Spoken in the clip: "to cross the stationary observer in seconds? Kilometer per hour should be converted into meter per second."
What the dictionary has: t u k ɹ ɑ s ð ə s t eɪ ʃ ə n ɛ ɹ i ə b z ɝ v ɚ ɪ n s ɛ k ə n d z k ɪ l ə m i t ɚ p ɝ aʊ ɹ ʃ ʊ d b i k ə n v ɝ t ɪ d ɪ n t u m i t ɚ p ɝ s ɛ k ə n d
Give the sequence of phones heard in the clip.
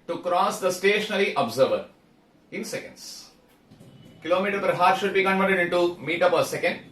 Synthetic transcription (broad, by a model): t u k ɹ ɑ s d ə s t eɪ ʃ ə n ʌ l i ə b z ɝ v ɚ ɪ n s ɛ k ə n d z k ɪ l ə m i t ɚ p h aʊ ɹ ʃ ʊ d b i k ə n v ɝ t ɪ d ɪ n t u m i t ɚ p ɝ s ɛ k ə n d